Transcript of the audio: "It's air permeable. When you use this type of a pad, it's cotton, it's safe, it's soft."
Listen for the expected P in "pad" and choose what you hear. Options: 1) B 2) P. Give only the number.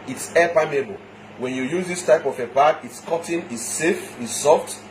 1